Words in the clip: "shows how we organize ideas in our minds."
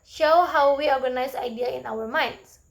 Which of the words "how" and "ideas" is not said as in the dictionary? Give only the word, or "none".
ideas